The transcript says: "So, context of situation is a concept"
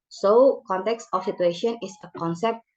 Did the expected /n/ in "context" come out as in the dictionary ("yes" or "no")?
yes